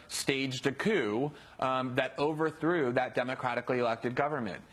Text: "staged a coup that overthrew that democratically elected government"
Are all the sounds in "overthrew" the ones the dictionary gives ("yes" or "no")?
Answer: yes